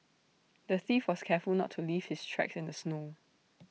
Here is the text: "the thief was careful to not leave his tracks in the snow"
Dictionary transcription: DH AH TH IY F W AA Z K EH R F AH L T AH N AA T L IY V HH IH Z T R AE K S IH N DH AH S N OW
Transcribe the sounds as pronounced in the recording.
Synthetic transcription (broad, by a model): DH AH TH IY F W AA S K EH F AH L N AA T L IY V HH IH S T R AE K S IH N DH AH S N OW